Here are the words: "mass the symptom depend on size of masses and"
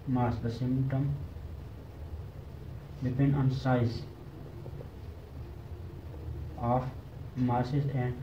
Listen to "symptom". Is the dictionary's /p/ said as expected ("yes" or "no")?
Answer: no